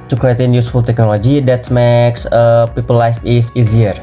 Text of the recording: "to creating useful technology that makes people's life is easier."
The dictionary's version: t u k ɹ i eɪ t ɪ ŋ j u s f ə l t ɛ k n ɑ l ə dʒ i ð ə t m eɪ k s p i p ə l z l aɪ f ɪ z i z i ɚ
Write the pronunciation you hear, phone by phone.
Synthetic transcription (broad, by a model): t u k ɹ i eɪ t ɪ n j u s f ə l t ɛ k n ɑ l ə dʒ i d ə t m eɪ k s p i p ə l l aɪ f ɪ s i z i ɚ